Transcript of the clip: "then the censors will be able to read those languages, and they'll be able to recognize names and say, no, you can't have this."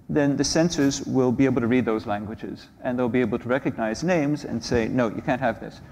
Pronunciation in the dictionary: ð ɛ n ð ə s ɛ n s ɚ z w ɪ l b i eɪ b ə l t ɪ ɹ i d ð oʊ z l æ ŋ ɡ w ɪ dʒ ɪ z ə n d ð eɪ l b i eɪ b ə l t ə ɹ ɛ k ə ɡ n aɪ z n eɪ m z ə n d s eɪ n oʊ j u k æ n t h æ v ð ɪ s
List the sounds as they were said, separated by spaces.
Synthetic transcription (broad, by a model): ð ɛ n ð ə s ɛ n s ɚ z w ɪ l b i eɪ b l t ɪ ɹ i d ð oʊ z l æ ŋ ɡ w ɪ dʒ ɪ z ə n ð eɪ l b i eɪ b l t ə ɹ ɛ k ə ɡ n aɪ z n eɪ m z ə n s eɪ n oʊ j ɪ k æ n t h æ v ð ɪ s